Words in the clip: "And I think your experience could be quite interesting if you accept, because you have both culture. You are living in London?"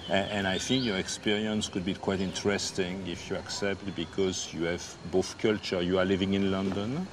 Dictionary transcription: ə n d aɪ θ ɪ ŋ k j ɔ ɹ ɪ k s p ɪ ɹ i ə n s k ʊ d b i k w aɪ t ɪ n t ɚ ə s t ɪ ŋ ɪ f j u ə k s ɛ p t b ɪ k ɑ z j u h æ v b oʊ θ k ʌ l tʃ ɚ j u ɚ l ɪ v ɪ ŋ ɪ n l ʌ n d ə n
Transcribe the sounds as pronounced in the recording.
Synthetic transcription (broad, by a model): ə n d aɪ θ ɪ ŋ k j ɔ ɹ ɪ k s p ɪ ɹ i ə n s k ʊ d b i k w aɪ t ɪ n t ɚ ə s t ɪ ŋ ɪ f j u ə k s ɛ p t b ɪ k ɑ z j u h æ v b oʊ θ k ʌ l tʃ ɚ j u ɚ l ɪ v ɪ ŋ ɪ n l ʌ n d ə n